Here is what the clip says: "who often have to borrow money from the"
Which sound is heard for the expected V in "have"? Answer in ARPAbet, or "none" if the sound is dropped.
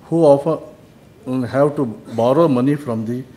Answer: W